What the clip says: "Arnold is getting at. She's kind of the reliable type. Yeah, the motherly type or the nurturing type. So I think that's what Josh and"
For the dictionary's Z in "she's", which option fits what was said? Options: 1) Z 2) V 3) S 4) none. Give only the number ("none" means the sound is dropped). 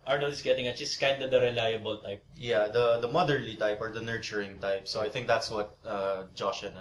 3